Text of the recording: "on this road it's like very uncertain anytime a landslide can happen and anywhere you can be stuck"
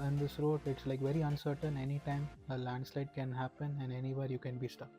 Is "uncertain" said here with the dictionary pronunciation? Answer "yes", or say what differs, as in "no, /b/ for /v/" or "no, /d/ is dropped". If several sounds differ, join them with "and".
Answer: yes